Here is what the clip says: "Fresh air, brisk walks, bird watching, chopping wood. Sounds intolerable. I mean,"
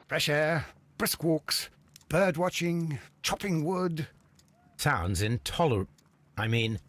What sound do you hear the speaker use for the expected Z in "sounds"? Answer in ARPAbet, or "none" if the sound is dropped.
Z